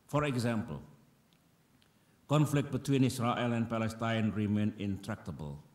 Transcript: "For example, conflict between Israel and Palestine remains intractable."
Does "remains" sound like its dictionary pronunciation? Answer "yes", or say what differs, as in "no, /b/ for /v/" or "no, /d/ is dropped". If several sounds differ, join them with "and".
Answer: no, /z/ is dropped